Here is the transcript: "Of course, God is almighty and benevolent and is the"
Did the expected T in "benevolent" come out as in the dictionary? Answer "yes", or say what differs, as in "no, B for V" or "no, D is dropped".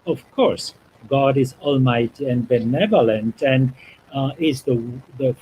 yes